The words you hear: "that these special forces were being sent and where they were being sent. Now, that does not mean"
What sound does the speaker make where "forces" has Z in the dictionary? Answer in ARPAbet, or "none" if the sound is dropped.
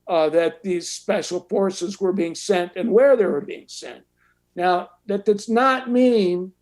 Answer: Z